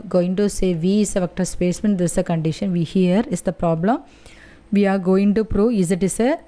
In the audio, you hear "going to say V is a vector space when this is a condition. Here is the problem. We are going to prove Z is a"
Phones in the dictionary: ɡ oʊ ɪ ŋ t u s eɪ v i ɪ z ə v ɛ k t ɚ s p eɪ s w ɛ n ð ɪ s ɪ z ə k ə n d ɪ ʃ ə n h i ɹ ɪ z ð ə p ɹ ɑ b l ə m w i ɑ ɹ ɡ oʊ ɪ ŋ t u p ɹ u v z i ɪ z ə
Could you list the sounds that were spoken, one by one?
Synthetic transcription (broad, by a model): ɡ oʊ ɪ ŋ t u s eɪ v i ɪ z ə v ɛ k t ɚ s p eɪ s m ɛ n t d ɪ s ə k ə n d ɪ ʃ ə n h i ɹ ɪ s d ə p ɹ ɑ b l ə m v i ɑ ɹ ɡ oʊ ɪ ŋ t u p ɹ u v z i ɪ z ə